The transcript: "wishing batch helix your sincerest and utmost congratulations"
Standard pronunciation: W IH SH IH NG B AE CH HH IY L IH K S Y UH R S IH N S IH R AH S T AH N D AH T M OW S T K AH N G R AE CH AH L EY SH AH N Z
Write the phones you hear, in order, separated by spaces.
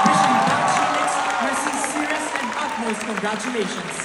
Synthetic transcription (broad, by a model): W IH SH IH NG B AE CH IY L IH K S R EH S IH S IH R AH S AH N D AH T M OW S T K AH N G R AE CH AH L EY SH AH N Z